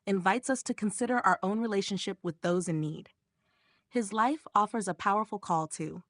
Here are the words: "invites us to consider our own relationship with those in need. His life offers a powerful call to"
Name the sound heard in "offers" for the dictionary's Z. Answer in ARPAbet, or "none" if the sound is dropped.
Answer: Z